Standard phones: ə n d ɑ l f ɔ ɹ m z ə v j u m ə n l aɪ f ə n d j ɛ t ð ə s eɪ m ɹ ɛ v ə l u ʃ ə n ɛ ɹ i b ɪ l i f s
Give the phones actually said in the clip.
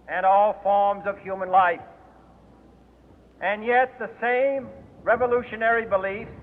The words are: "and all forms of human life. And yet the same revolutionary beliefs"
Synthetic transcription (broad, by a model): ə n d ɑ l f ɔ ɹ m z ə v j u m ə n l aɪ f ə n j ɛ t ð ə s eɪ m ɹ ɛ v ə l u ʃ ə n ɛ ɹ i b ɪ l i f